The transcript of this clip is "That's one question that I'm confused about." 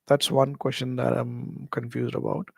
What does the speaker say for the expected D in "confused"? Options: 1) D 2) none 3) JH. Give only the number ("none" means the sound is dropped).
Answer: 1